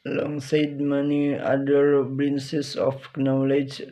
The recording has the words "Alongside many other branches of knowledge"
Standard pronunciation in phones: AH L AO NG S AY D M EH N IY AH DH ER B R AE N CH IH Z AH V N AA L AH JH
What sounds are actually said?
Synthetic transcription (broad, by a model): L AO NG S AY D M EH N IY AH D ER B R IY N S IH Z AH P N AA L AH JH